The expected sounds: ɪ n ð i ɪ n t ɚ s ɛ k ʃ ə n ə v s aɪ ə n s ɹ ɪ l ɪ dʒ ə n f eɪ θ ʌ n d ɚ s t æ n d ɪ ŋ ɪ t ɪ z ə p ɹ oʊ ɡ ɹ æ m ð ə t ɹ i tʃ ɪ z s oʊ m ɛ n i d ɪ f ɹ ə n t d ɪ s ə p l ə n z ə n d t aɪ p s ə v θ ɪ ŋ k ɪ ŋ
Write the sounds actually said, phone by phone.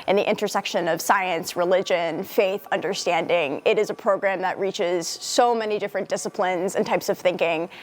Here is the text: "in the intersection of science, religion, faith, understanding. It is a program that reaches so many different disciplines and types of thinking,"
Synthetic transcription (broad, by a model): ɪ n ð i ɪ n t ɚ s ɛ k ʃ ə n ə v s aɪ ə n s ɹ ɪ l ɪ dʒ ə n f eɪ θ ʌ n d ɚ s t æ n d ɪ ŋ ɪ t ɪ z ə p ɹ oʊ ɡ ɹ æ m ð ə t ɹ i tʃ ɪ z s oʊ m ɛ n i d ɪ f ɹ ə n d ɪ s ə p l ə n z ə n t aɪ p s ə v θ ɪ ŋ k ɪ ŋ